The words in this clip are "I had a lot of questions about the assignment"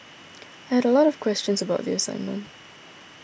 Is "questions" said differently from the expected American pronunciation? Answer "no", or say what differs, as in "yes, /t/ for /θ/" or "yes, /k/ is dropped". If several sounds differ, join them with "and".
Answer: no